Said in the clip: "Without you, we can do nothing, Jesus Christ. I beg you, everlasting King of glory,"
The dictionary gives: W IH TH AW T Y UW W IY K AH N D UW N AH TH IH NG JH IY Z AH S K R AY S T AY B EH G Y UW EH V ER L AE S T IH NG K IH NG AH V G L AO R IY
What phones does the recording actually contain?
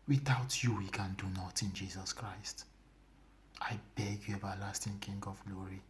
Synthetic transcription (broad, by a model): W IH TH AW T Y UW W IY K AH N D UW N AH T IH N JH IY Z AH S K R AY S T AY B EH G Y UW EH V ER L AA S T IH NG K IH NG AH V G L AO R IY